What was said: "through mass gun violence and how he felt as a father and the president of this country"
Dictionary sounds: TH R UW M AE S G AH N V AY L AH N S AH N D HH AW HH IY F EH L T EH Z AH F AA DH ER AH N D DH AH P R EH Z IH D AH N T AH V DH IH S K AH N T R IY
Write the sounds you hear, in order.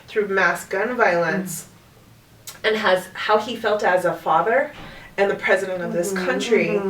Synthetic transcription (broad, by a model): TH R UW M AE S G AH N V AY L AH N S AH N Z HH AW IY F EH L T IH Z AH F AA DH ER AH N DH AH P R EH Z IH D AH N T AH V DH IH S K AH N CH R IY